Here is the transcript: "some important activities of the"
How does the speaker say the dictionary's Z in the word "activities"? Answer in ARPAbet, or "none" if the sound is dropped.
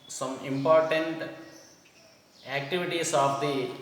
S